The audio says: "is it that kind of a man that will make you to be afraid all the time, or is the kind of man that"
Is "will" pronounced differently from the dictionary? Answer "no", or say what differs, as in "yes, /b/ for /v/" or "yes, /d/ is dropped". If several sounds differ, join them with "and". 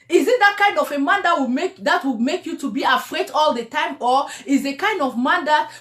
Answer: yes, /w/ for /l/